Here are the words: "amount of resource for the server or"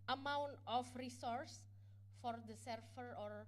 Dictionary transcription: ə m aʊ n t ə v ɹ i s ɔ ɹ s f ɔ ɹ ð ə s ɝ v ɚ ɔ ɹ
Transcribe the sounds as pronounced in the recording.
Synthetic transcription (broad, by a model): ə m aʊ n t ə f ɹ i s ɔ ɹ s f ɔ ɹ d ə s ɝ f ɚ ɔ ɹ